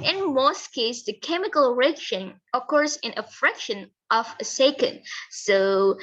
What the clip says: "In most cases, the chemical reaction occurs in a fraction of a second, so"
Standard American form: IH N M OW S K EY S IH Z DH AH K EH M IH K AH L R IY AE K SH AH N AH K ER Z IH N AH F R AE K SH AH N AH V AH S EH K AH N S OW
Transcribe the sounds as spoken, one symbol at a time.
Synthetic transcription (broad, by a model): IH N M OW S K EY IH S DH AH K EH M IH K AH L R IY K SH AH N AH K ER S IH N AH F R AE K SH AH N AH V AH S EH K AH N S OW